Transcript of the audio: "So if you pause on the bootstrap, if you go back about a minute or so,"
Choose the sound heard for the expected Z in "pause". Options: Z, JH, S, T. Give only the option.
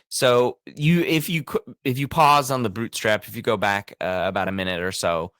Z